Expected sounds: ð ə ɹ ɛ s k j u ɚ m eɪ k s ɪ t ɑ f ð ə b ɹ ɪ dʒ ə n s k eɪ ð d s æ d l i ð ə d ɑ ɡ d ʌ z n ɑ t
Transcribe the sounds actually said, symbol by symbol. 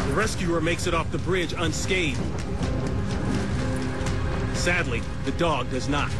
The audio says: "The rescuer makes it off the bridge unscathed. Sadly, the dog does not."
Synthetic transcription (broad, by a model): ð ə ɹ ɛ s k j u ɚ m eɪ k s ɪ t ɑ f ð ə b ɹ ɪ dʒ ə n s k eɪ d s æ d l i ð ə d ɑ ɡ d ʌ z n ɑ t